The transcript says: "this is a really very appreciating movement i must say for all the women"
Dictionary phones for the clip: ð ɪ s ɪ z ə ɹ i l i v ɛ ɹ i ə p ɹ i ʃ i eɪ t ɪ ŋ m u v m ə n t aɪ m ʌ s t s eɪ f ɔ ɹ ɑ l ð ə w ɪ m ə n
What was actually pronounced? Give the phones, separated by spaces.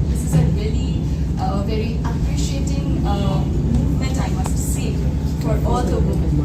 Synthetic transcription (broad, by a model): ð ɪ s ɪ z ə ɹ i l i v ɛ ɹ i ə p ɹ i ʃ i eɪ t ɪ ŋ m u v m ə n t aɪ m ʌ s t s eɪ f ɔ ɹ ɑ l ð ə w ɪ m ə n